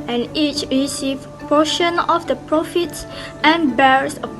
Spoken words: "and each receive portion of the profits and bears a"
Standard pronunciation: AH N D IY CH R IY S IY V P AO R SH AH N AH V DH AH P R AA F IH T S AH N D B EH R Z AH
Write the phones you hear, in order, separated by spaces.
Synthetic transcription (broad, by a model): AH N IY CH R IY S IY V P AO SH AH N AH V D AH P R AA F IH T S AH N B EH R S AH